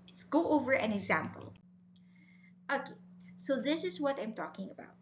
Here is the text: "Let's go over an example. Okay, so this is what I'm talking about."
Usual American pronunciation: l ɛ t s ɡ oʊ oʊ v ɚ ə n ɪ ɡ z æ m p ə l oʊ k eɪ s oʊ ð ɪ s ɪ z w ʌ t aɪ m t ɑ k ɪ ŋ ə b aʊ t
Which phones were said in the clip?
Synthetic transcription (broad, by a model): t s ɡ oʊ oʊ v ɚ ə n ɪ ɡ z æ m p ə l oʊ k eɪ s oʊ ð ɪ s ɪ z w ʌ t aɪ m t ɑ k ɪ ŋ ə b aʊ t